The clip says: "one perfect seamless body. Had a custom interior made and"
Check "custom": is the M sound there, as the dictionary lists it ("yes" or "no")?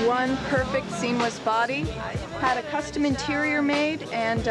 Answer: yes